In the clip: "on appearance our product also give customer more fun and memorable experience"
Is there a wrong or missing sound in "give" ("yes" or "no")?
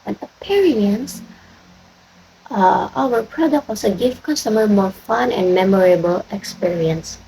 yes